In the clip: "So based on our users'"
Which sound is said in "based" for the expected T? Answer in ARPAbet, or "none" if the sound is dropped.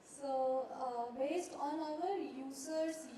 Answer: T